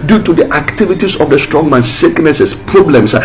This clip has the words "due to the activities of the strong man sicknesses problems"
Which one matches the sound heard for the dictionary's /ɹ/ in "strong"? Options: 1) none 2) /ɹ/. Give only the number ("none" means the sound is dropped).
2